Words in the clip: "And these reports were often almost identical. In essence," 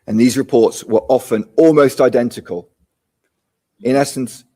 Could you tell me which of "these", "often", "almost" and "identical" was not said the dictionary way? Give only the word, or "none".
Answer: none